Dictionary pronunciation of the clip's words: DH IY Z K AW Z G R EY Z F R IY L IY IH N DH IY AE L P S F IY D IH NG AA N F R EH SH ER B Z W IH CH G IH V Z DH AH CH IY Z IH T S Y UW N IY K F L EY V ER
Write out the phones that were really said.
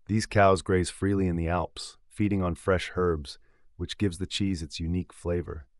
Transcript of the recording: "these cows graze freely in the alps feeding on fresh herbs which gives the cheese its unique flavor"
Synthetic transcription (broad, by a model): DH IY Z K AW Z G R EY Z F R IY L IY IH N DH IY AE L P S F IY D IH NG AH N F R EH SH ER B Z W IH CH G IH V Z DH AH CH IY Z IH T S Y UW N IY K F L EY V ER